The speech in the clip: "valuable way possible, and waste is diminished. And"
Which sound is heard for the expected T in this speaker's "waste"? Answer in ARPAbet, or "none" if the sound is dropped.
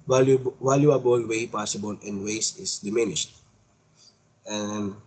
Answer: none